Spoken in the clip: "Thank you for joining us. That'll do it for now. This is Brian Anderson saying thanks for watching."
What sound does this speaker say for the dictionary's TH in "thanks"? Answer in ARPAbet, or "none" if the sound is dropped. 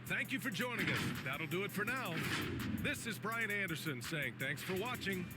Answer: TH